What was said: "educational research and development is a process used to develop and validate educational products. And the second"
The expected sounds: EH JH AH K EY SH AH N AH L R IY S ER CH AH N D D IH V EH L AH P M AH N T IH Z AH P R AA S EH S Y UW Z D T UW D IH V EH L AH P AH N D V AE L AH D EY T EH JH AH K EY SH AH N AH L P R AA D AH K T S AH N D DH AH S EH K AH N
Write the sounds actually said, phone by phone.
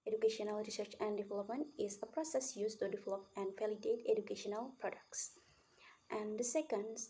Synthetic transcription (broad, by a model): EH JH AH K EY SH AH N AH L R IY S ER CH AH N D D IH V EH L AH P M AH N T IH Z AH P R AA S EH S Y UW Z T UW D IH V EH L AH P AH N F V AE L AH D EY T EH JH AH K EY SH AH N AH L P R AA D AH K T S AH N D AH S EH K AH N